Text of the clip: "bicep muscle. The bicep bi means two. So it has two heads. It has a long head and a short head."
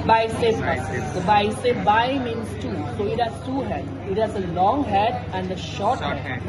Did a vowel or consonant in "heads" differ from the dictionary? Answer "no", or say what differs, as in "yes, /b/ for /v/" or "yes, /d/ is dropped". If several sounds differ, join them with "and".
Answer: yes, /z/ is dropped